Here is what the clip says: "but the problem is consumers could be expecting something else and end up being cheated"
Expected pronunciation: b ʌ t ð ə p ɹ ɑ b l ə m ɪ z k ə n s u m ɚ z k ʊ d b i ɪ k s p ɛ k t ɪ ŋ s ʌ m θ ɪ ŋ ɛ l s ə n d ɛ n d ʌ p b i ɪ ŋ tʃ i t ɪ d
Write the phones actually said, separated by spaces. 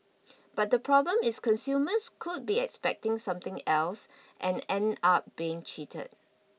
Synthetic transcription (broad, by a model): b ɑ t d ə p ɹ ɑ b l ə m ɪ s k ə n s u m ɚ s k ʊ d b i ɪ k s p ɛ k t ɪ ŋ s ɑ m t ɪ ŋ ɛ l s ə n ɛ n ɑ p b i ɪ ŋ tʃ i t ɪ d